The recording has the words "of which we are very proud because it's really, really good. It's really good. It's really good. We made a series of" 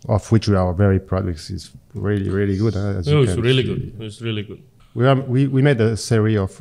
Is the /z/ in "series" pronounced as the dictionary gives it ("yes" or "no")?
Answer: no